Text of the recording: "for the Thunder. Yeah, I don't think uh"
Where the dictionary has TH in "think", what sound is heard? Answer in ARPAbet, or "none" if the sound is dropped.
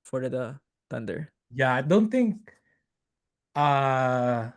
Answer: T